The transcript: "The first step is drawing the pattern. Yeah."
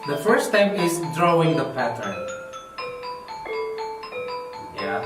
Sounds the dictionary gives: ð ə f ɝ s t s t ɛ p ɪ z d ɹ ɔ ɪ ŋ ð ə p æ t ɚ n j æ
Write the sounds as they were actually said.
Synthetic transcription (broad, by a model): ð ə f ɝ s s t ɛ p ɪ z d ɹ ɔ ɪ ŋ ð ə p æ t ɚ n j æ